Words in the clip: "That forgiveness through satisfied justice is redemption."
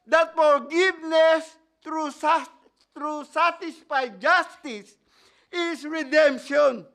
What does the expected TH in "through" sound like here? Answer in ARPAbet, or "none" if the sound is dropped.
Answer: T